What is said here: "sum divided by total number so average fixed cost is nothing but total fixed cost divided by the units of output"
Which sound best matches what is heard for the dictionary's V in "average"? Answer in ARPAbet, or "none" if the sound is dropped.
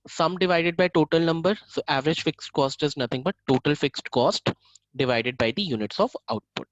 V